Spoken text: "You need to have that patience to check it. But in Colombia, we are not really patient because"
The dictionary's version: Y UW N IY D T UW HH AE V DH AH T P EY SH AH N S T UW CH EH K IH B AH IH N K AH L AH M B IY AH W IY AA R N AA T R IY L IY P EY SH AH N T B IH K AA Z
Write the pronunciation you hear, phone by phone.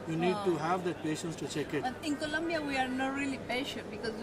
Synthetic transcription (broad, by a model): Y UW N IY D T UW HH AE V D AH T P EY SH AH N S T UW CH EH K IH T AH IH N K AH L AH M B IY AH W IY AA R N AA T R IY L IY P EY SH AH T B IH K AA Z